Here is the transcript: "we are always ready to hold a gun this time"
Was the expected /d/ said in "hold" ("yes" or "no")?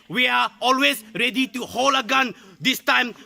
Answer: no